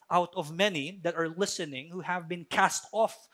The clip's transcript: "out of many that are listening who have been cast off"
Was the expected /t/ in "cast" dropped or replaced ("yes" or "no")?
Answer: no